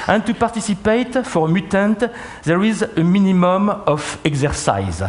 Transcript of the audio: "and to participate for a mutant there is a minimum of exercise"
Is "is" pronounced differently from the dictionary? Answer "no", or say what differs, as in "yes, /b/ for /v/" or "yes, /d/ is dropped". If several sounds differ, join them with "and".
no